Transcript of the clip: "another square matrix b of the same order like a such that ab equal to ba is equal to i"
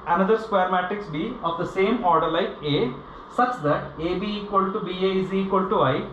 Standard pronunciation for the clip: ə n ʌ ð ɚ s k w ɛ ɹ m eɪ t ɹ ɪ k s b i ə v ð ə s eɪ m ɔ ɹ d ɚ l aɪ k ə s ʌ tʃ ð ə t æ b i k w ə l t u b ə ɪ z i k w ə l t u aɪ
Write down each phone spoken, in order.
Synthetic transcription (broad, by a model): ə n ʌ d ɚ s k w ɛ ɹ m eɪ t ɪ k s b i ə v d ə s eɪ m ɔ ɹ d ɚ l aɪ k ə s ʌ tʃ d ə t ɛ b i k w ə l t u b ə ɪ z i k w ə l t u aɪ